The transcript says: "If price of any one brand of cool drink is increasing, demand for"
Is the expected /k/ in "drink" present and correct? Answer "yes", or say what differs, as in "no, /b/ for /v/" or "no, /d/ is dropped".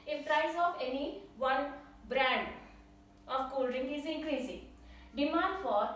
no, /k/ is dropped